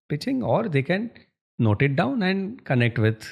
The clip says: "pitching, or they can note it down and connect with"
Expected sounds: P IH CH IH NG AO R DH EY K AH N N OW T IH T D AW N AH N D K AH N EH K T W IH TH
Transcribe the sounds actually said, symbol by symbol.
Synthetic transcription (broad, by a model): P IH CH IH NG AO R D EY K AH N N OW T IH T D AW N AH N D K AH N EH K T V IH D